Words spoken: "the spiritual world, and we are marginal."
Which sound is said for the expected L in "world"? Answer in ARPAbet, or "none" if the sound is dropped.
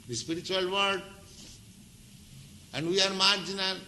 none